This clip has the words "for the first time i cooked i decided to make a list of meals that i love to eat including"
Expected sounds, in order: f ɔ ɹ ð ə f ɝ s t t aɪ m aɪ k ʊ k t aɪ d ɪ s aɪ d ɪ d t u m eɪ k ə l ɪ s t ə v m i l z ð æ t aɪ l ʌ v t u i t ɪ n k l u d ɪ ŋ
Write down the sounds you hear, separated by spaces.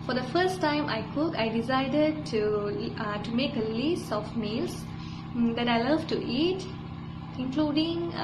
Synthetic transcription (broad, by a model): f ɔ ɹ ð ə f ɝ s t t aɪ m aɪ k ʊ k aɪ d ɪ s aɪ d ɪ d t u m eɪ k ə l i s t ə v m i l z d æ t aɪ l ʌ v t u i t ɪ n k l u d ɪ ŋ